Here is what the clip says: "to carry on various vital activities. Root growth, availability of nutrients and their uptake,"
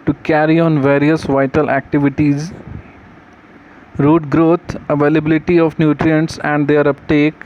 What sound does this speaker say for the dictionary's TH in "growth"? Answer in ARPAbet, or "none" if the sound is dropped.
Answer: T